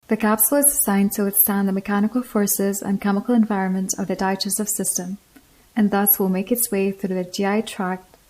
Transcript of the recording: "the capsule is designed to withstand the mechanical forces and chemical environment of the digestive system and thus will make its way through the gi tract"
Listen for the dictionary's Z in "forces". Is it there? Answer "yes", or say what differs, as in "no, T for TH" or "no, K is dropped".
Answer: yes